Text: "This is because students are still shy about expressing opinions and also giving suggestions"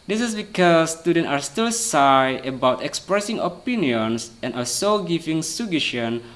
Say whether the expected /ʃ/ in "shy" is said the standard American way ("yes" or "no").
no